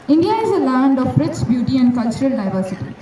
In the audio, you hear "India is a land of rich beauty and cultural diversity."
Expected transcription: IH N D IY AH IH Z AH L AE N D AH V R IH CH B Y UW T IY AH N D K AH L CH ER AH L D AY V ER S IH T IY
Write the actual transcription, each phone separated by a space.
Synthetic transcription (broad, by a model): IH N D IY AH IH Z AH L AE N D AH B R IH S B Y UW T IY AH N D K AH L CH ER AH L D AY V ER S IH T IY